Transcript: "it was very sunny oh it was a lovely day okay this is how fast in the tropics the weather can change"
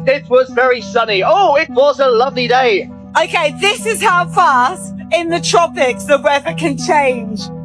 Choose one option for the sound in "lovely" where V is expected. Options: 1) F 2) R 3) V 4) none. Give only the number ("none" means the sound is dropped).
3